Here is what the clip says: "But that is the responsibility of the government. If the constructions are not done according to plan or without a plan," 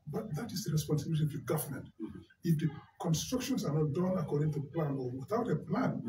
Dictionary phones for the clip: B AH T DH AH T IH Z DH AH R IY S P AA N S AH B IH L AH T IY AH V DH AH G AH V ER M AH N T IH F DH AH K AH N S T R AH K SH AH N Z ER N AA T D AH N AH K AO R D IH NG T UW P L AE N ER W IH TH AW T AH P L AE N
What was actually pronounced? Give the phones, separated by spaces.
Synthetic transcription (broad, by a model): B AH T DH AH T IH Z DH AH R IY S P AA N S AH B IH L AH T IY AH V DH AH G AH V ER M AH N T IH F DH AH K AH N S T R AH K SH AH N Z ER N AA T D AH N AH K AO R D IH NG T UW P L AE N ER W IH TH AW T AH P L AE N